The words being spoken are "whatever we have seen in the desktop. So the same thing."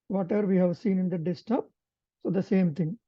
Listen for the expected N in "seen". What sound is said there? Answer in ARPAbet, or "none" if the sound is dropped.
N